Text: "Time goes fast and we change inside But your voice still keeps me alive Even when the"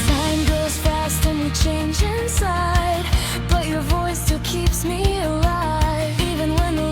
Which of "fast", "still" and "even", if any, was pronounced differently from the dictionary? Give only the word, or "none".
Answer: none